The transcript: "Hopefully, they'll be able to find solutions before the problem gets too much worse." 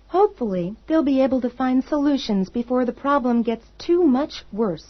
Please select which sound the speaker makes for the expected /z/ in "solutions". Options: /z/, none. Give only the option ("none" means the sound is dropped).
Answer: /z/